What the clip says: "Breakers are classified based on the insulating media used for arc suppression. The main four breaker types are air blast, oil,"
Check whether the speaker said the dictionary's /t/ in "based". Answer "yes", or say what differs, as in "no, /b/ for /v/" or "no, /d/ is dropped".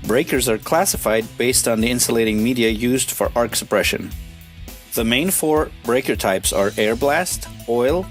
yes